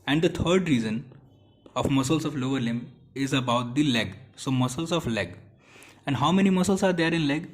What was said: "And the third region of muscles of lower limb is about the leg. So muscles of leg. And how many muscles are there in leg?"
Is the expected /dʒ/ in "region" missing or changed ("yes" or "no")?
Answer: yes